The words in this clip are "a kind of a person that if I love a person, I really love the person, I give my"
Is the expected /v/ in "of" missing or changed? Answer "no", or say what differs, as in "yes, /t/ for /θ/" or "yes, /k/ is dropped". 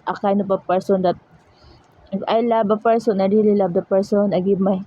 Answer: yes, /p/ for /v/